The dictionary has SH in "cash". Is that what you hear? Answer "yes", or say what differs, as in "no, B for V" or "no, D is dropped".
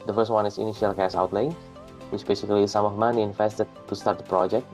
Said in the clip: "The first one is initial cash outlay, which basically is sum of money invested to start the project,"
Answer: no, S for SH